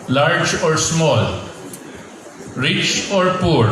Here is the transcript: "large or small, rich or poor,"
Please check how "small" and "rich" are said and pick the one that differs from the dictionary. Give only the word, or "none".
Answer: none